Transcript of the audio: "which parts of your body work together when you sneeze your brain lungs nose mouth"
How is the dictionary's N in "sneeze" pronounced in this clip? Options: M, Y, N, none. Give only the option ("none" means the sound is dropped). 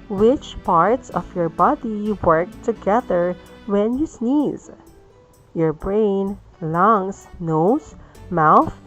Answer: N